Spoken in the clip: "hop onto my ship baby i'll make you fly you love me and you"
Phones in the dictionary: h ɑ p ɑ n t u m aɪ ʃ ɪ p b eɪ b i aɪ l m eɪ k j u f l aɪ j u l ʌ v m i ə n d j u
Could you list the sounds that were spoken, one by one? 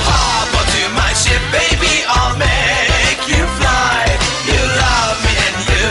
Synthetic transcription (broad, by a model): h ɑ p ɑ t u m aɪ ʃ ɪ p b eɪ b i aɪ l m eɪ k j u f l aɪ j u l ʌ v m i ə n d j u